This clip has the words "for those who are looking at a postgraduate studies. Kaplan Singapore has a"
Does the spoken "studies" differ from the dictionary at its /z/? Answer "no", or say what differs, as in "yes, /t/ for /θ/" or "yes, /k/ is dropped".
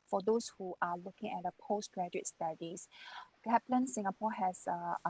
yes, /s/ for /z/